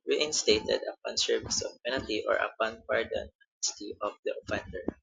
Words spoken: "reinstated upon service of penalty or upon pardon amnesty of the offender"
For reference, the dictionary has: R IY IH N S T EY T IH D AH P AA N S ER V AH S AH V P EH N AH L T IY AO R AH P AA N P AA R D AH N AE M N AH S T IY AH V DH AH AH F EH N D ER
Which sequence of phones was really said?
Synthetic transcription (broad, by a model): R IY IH N S T EY T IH D AH P AA N S ER V AH S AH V P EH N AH L T IY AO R AH P AA N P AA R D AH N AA N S T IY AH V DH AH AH F EH N D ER